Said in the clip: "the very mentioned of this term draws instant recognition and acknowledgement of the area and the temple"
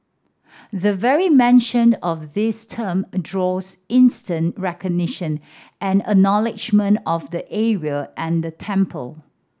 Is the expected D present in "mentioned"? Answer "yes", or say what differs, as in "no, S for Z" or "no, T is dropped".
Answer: no, D is dropped